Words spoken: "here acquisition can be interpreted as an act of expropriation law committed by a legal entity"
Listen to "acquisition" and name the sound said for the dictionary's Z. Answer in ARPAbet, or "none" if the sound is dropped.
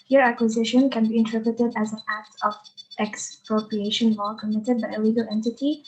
Z